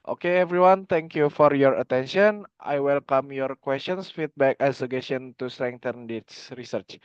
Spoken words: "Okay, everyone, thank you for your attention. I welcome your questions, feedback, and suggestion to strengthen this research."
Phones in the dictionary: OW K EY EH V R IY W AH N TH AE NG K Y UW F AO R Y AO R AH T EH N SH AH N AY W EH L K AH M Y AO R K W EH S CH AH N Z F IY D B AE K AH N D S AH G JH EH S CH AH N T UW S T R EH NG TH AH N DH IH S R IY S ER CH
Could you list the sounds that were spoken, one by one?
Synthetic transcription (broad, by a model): OW K EY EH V R IY W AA N T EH NG K Y UW F AO R Y AO R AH T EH N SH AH N AY W EH L K AH M Y AO R K W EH S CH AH N S F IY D B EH K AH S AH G EH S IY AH N T UW S T R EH NG T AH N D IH S R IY S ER CH